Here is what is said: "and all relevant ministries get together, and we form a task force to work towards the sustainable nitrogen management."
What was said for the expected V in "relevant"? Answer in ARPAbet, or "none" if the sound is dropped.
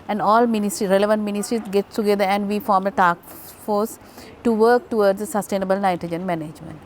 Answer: V